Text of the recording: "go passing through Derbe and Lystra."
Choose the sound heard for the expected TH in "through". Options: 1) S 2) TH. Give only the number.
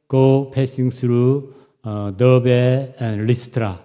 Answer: 1